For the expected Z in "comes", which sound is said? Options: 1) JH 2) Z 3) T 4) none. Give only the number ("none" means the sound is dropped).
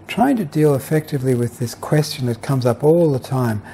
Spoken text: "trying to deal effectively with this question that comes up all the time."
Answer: 2